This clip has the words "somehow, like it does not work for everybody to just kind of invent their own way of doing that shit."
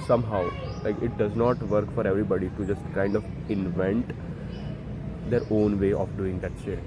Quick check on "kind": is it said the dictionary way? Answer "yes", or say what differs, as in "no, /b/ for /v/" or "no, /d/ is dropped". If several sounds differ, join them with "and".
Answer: yes